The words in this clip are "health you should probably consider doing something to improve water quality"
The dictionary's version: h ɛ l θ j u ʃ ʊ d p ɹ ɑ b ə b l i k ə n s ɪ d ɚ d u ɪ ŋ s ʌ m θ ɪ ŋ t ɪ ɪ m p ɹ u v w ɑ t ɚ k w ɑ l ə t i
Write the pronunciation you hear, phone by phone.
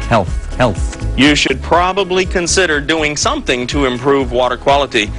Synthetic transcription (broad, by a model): h ɛ l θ j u ʃ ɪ d p ɹ ɑ b ə b l i k ə n s ɪ d ɚ d u ɪ ŋ s ʌ m θ ɪ ŋ t ɪ ɪ m p ɹ u v w ɑ t ɚ k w ɑ l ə t i